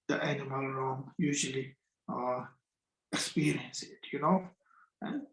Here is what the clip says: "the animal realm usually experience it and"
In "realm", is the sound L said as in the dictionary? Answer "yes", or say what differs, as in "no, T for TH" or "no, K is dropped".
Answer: no, L is dropped